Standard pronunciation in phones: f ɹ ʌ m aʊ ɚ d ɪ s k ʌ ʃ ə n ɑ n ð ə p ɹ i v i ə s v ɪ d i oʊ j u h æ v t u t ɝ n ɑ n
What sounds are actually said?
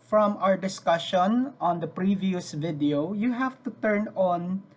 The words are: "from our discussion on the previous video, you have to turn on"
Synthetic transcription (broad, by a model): f ɹ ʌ m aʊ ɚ d ɪ s k ʌ ʃ ə n ɑ n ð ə p ɹ i v i ə s v ɪ d i oʊ j u h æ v t u t ɝ n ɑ n